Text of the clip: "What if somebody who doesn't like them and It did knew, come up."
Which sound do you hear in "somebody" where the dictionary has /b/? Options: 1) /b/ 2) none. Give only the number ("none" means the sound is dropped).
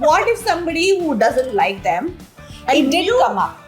1